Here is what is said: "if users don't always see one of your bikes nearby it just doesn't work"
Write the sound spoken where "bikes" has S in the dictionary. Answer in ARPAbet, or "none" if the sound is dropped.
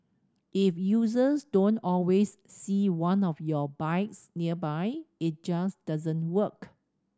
S